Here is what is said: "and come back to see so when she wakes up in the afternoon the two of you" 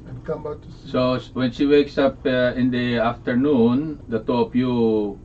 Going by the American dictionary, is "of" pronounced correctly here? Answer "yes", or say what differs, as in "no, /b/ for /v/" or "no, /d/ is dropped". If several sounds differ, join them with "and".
no, /p/ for /v/